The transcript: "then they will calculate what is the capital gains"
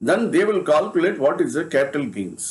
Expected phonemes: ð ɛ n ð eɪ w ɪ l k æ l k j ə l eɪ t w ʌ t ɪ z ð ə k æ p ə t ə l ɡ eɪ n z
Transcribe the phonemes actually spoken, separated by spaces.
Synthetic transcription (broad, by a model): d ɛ n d eɪ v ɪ l k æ l k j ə l eɪ t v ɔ t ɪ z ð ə k æ p ə t ə l ɡ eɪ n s